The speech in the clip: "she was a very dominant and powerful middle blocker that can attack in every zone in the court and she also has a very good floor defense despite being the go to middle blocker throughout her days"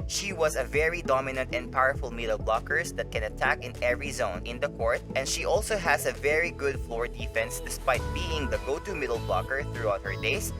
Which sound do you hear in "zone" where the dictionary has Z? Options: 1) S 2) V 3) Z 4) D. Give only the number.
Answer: 3